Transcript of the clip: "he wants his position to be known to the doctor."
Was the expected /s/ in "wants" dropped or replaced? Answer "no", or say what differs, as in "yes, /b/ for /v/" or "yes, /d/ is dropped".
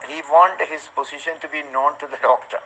yes, /s/ is dropped